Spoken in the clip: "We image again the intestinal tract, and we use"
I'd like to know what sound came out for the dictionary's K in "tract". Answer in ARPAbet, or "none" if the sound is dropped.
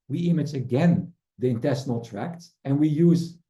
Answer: K